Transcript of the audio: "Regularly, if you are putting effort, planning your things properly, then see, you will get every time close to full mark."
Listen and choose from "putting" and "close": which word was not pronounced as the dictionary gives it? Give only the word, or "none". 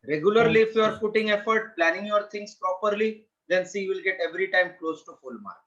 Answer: putting